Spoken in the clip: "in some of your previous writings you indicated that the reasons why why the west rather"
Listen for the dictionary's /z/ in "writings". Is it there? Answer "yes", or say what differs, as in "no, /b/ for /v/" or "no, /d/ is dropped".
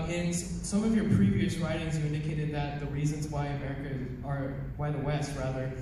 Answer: yes